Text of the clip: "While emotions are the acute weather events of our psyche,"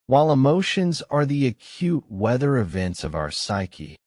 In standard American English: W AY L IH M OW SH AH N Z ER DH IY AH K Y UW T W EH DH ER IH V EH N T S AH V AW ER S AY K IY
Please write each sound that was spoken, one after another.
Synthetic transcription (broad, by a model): W AY L IH M OW SH AH N Z ER DH IY AH K Y UW T W EH DH ER IH V EH N T S AH V AW ER S AY K IY